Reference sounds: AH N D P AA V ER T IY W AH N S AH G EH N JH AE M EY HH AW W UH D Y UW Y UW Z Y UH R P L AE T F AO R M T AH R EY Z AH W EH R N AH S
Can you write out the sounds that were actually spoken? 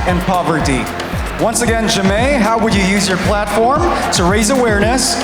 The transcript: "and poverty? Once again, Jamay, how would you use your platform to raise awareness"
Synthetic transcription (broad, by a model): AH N P AA V ER T IY W AH N S AH G EH N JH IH M EY HH AW W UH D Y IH Y UW Z Y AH R P L AE T F AO R M T AH R EY Z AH W EH R N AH S